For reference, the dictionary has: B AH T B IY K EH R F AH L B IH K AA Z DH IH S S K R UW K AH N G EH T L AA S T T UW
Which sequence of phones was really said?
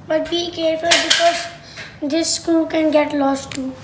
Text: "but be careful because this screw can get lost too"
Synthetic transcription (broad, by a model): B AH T B IY K EH R F AH L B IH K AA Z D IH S S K UW K AH N G EH T L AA S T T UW